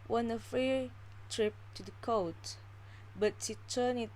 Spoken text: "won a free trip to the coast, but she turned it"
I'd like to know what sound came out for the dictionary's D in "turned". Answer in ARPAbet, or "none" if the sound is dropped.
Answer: none